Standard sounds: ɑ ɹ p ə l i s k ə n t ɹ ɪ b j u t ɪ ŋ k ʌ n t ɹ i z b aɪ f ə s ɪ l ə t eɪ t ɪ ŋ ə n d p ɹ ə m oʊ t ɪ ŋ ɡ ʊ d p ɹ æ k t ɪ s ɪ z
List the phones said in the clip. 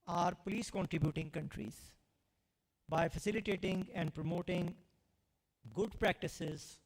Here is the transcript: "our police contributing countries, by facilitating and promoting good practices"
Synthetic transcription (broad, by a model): ɑ ɹ p ə l i s k ə n t ɹ ɪ b j u t ɪ ŋ k ʌ n t ɹ i z b aɪ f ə s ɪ l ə t eɪ t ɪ ŋ ə n d p ɹ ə m oʊ t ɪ ŋ ɡ ʊ d p ɹ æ k t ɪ s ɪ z